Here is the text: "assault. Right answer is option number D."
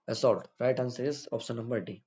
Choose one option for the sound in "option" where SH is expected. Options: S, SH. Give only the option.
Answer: S